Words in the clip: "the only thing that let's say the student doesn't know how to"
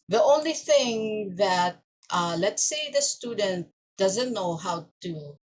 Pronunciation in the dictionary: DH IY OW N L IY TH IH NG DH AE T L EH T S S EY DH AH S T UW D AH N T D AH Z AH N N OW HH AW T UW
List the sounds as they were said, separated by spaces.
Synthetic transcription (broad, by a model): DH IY OW N L IY TH IH NG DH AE T L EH T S S EY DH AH S T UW D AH N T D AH Z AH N N OW HH AW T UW